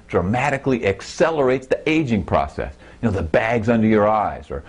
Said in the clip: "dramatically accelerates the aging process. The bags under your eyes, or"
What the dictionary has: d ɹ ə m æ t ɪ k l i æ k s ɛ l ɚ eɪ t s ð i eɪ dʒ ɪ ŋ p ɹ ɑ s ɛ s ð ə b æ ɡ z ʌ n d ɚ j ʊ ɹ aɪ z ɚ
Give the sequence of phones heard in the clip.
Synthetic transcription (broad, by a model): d ɹ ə m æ t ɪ k l i æ k s ɛ l ɚ eɪ t s ð i eɪ dʒ ɪ ŋ p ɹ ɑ s ɛ s ð ə b æ ɡ z ʌ n d ɚ j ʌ ɹ aɪ z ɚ